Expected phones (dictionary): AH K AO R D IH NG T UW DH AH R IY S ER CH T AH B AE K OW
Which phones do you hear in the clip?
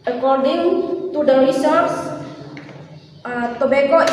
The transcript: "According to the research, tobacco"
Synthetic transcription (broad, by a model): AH K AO R D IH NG T UW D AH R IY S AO S T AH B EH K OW